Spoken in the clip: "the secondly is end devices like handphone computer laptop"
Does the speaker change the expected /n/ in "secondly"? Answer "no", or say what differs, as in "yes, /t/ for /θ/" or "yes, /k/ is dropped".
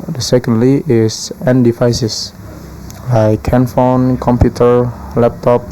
no